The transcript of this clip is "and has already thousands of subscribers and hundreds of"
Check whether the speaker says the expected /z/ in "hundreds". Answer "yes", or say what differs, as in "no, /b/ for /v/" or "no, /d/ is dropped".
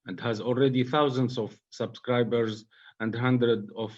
no, /z/ is dropped